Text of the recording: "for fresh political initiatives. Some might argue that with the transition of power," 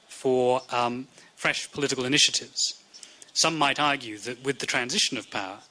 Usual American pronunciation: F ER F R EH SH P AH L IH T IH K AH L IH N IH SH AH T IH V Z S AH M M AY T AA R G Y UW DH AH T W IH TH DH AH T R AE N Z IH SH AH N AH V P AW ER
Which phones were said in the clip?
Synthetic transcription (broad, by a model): F ER F R EH SH P AH L IH T IH K AH L IH N IH SH AH T IH V Z S AH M M AY T AA R G Y UW DH AH T W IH DH AH T R AE N Z IH SH AH N AH V P AW ER